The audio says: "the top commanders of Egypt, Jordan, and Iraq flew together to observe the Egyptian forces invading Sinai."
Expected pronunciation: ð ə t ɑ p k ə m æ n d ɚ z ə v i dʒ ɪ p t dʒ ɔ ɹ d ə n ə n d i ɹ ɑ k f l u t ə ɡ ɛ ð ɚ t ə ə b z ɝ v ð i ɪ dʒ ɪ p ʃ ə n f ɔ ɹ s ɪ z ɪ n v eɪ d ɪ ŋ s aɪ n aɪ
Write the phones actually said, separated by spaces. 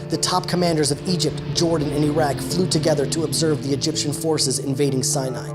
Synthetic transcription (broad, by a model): ð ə t ɑ p k ə m æ n d ɚ z ə v i dʒ ɪ p t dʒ ɔ ɹ d n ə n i ɹ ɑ k f l u t ə ɡ ɛ ð ɚ t ə ə b z ɝ v ð i ɪ dʒ ɪ p ʃ ə n f ɔ ɹ s ɪ z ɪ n v eɪ d ɪ ŋ s aɪ n aɪ